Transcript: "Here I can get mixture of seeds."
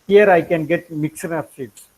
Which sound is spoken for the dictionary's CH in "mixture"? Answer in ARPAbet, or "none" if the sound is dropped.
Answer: none